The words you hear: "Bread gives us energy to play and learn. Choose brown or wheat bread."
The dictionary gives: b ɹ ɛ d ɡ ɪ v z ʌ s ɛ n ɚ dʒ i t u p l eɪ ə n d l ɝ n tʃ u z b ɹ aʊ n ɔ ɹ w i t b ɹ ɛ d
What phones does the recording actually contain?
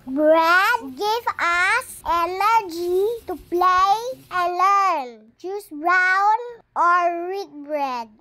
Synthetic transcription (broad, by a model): b ɹ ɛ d ɡ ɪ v ʌ s ɛ n ɚ dʒ i t u p l eɪ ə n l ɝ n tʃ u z b ɹ aʊ n ɔ ɹ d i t b ɹ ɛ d